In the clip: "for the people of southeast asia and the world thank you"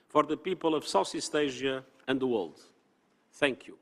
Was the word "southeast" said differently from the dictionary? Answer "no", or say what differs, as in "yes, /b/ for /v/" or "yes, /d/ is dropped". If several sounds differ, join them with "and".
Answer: yes, /s/ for /θ/